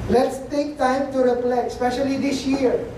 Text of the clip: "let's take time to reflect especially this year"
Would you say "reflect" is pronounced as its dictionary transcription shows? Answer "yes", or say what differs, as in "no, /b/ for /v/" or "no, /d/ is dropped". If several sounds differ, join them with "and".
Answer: no, /p/ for /f/